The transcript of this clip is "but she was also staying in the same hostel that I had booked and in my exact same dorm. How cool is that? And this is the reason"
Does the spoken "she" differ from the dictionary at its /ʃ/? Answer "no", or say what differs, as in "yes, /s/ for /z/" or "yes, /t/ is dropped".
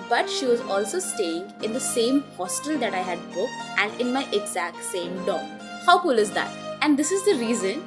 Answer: no